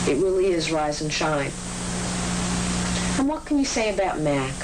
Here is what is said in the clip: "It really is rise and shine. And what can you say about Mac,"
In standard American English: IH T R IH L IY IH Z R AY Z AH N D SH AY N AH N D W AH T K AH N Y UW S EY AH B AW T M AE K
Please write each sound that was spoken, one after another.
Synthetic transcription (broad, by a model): IH T R IH L IY IH Z R AY Z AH N SH AY N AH N W AH T K AH N Y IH S EY AH B AW T M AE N